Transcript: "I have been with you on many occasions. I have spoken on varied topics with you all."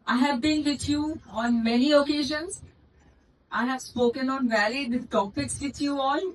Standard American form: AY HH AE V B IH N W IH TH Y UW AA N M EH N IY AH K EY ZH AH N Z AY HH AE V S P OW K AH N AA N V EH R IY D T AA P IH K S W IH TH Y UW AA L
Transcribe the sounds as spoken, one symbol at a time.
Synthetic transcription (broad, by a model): AY HH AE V B IH N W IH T Y UW AA N M EH N IY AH K EY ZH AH N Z AY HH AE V S P OW K AH N AA N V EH L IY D T AA P IH K S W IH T Y UW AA L